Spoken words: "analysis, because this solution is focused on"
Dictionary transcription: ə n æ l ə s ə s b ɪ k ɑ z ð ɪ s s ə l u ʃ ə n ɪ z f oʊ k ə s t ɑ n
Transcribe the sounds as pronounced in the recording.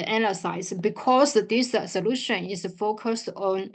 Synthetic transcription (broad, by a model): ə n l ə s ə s b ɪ k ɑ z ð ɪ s s ə l u ʃ ə n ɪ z f oʊ k ə s t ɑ n